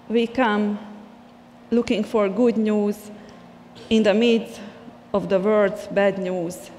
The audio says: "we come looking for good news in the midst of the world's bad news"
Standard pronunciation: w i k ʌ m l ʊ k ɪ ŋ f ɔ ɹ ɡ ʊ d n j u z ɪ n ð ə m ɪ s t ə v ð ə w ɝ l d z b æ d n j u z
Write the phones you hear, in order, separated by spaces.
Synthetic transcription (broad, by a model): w i k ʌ m l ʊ k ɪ ŋ f ɔ ɹ ɡ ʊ d n j u z ɪ n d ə m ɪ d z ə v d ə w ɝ d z b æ d n j u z